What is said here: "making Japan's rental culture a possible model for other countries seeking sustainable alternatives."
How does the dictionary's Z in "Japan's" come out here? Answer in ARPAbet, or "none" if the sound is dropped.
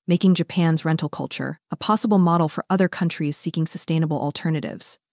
Z